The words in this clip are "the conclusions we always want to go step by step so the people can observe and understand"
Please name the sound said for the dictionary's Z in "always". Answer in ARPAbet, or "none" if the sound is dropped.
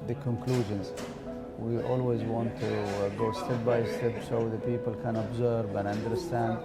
Z